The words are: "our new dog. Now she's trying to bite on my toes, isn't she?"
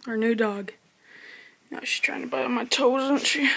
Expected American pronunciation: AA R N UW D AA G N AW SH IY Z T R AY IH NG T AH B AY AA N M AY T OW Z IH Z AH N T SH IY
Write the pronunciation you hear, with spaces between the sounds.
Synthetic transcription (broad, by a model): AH R N UW D AA G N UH SH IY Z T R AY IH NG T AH B AY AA M AY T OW IH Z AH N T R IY